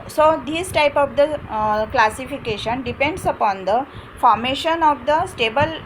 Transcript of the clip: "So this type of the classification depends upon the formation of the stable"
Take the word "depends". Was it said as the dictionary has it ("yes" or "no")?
no